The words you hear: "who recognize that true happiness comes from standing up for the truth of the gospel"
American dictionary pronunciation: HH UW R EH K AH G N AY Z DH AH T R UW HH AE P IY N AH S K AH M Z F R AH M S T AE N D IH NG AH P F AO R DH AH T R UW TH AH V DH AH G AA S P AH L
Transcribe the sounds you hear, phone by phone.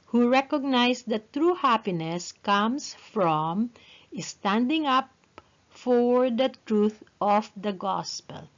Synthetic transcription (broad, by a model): HH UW R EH K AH G N AY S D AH T R UW HH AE P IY N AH S K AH M S F R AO M S T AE N D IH NG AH P F AO R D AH T R UW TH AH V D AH G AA S P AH L